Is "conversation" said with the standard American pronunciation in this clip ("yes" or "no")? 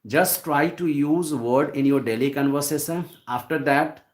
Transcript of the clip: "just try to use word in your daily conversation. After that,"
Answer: no